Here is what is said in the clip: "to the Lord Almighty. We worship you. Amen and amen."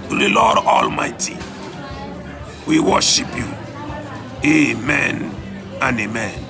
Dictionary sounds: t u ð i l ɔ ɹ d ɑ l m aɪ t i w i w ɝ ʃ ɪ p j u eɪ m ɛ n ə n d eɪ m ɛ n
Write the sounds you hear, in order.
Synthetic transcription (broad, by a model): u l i l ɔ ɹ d ɑ l m aɪ t i w i w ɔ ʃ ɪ p j u eɪ m ɛ n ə n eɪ m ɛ n